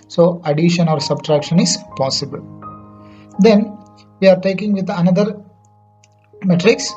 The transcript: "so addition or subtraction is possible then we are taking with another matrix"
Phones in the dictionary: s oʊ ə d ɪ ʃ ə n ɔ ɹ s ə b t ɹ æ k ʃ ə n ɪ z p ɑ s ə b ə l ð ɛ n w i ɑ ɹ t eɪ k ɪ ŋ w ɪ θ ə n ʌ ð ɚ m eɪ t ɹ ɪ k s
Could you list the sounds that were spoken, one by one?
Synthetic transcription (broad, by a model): s oʊ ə d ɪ ʃ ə n ɔ ɹ s ə b t ɹ æ k ʃ ə n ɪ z p ɑ s ə b ə l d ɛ n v i ɑ ɹ t eɪ k ɪ ŋ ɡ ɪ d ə n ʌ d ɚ m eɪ t ɹ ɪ k s